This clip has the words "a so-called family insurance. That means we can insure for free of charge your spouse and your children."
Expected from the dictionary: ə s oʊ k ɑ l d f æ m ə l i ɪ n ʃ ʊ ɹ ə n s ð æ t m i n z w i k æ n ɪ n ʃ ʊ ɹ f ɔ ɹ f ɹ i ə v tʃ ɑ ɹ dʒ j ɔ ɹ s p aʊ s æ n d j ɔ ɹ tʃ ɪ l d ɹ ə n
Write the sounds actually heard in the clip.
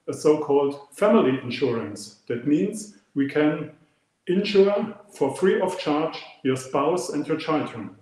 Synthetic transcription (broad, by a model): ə s oʊ k ɑ l d f æ m ə l i ɪ n ʃ ʊ ɹ ə n s ð æ t m i n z w i k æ n ɪ n ʃ ʊ ɹ f ɔ ɹ f ɹ i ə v tʃ ɑ ɹ dʒ j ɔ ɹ s p aʊ s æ n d j ɔ ɹ tʃ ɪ l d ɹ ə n